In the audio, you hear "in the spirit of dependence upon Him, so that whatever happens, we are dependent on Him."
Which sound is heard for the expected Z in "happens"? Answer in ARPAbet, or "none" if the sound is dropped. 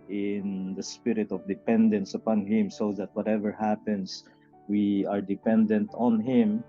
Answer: S